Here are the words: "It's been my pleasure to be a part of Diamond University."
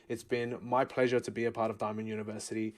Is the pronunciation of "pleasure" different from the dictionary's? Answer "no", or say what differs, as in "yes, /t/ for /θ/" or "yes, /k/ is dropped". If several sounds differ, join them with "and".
no